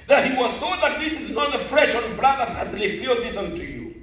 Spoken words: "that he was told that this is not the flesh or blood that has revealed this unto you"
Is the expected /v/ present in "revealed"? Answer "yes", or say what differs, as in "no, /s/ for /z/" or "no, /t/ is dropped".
no, /f/ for /v/